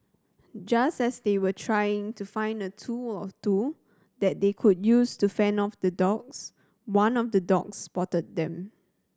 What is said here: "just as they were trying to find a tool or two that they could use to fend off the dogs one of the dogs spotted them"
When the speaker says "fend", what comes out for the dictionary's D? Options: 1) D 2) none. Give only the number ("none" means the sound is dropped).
2